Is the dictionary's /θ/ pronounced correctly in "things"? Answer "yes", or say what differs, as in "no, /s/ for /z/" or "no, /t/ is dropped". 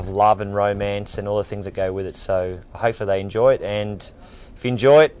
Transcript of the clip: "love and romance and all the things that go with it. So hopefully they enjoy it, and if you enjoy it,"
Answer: yes